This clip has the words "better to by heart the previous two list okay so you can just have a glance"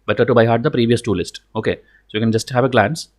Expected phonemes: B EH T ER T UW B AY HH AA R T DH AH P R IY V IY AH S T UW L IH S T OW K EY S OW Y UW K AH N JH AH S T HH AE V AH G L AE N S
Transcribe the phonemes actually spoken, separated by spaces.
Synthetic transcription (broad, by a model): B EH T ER T UW B AY HH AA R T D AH P R IY V IY AH S T UW L IH S T OW K EY S OW Y UW K AH N JH AH S T HH AE V AH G L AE N S